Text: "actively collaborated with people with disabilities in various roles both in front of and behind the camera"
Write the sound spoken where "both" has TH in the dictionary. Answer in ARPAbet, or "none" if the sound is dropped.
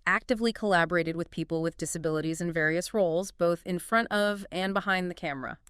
TH